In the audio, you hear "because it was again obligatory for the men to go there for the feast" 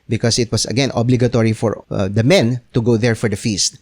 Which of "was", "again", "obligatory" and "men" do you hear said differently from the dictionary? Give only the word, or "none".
was